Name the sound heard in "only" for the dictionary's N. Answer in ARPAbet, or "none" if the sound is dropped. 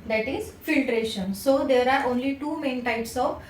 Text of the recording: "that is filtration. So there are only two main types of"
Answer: N